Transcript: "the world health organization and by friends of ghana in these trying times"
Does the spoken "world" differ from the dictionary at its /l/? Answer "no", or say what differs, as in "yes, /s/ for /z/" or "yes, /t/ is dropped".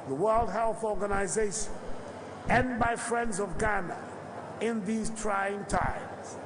no